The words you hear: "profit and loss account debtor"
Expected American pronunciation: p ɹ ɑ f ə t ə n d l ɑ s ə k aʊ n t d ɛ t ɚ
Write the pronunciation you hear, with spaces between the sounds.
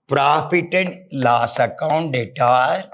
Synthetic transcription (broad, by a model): p ɹ ɑ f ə t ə n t l ɑ s ə k aʊ n t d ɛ t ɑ